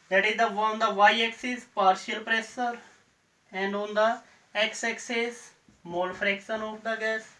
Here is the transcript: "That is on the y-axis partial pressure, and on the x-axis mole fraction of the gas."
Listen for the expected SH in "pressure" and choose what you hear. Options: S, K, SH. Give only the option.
S